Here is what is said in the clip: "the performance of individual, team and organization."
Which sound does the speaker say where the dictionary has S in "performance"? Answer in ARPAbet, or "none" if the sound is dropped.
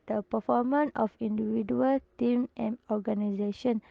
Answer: none